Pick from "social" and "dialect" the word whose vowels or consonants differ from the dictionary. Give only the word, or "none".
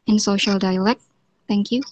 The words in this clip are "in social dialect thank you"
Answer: none